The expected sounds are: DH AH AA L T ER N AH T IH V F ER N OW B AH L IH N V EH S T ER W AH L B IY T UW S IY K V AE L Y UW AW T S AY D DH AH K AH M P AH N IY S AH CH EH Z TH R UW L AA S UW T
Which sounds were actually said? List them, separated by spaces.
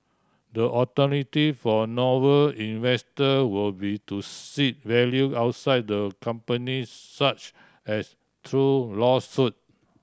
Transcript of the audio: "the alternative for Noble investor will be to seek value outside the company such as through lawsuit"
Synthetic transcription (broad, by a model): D AH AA T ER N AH T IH F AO N OW AH L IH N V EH S T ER W AH L B IY T UW S IY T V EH L Y UW AW T S AY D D AH K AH M P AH N IY S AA CH EH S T R UW L AA S UW T